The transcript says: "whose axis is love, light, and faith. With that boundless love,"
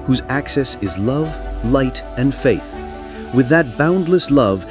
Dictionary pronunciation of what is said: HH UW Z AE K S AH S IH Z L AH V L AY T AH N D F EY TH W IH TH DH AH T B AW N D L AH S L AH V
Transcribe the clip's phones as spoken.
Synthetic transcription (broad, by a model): HH UW Z AE K S AH S IH Z L AH V L AY T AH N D F EY TH W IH DH AH T B AW N D L AH S L AH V